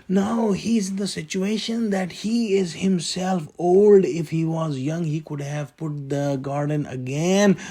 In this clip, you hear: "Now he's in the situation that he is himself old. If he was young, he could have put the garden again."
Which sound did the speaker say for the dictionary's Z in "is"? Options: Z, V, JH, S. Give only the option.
Z